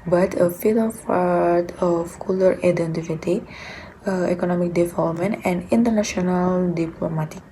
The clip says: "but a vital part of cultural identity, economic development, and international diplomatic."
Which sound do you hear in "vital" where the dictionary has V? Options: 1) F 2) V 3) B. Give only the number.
1